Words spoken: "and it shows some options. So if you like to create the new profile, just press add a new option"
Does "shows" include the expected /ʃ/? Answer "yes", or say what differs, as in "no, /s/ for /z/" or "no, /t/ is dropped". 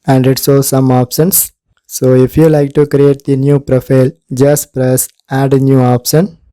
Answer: no, /s/ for /ʃ/